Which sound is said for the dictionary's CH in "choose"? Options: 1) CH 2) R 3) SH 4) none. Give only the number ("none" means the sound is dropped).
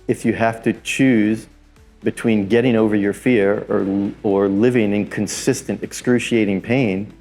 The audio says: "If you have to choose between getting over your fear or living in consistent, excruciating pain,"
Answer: 1